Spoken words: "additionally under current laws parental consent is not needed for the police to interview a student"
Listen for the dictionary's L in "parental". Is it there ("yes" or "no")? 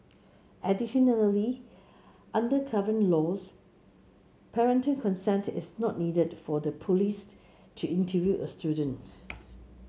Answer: no